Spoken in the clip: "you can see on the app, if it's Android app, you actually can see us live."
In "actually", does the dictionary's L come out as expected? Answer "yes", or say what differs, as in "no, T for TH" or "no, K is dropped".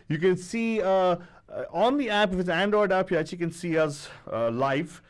no, L is dropped